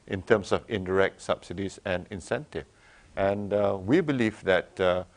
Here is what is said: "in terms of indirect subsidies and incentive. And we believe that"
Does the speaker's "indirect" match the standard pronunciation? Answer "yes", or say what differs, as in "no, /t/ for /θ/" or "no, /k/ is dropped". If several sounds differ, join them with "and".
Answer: yes